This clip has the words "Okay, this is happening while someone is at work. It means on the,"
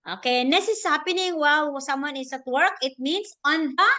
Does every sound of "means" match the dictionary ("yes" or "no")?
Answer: no